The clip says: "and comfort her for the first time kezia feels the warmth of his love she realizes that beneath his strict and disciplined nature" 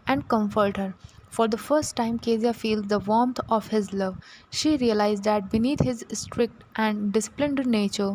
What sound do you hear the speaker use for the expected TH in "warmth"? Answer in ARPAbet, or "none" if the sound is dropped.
T